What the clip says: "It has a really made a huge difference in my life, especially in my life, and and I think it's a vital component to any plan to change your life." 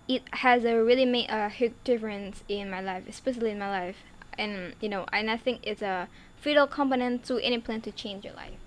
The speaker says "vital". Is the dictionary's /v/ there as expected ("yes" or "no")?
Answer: no